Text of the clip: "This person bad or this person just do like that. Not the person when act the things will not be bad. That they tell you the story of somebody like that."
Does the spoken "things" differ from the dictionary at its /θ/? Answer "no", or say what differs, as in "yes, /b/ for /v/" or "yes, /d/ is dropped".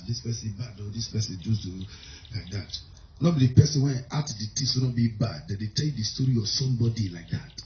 yes, /t/ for /θ/